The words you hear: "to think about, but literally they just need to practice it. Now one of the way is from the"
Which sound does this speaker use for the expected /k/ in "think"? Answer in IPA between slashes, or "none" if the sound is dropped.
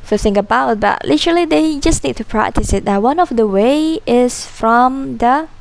none